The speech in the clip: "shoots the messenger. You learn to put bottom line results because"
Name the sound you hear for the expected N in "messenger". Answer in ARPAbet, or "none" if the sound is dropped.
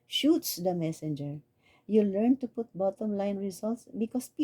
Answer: N